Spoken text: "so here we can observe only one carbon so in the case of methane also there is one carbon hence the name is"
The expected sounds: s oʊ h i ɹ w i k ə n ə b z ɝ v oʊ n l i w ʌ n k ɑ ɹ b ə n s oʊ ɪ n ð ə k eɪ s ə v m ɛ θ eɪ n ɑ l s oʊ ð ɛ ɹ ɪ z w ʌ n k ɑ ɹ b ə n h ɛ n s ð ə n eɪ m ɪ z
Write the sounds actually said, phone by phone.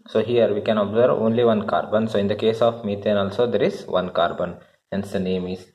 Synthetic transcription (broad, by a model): s oʊ h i ɹ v i k ə n ə b z ɝ v oʊ n l i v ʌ n k ɑ ɹ b ə n s oʊ ɪ n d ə k eɪ s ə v m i t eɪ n ɑ l s oʊ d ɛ ɹ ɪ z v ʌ n k ɑ ɹ b ə n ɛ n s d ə n eɪ m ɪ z